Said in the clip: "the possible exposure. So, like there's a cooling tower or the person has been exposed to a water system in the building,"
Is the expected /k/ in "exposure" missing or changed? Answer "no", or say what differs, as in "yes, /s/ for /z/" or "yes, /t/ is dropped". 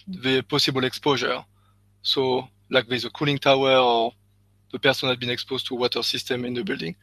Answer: no